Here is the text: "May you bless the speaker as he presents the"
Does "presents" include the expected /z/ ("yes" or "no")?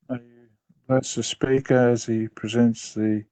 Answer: yes